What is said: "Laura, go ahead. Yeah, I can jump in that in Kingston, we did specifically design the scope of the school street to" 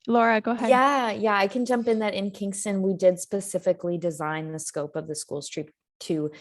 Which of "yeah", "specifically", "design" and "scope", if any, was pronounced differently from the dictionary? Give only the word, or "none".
none